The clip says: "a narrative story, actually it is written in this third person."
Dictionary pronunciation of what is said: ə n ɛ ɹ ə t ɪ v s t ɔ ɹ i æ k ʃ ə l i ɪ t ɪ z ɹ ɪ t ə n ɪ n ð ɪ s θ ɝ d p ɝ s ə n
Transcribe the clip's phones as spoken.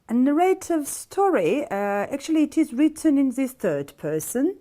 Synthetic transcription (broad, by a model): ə n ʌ ɹ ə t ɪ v s t ɔ ɹ i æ k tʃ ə l i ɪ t ɪ z ɹ ɪ t ə n ɪ n ð ɪ s θ ɝ d p ɝ s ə n